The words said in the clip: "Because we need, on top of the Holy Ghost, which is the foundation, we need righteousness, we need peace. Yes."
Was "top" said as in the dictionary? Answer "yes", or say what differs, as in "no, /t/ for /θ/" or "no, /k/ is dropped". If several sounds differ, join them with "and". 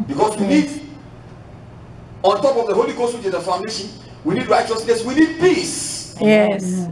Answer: yes